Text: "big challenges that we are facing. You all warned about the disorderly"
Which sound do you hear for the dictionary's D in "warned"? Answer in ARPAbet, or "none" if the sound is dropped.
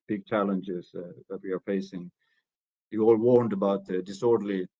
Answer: D